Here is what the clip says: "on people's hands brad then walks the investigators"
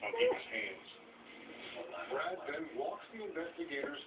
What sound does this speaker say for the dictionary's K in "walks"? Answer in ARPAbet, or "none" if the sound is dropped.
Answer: K